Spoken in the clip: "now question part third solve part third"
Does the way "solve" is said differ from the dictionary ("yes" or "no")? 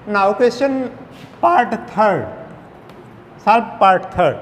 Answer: yes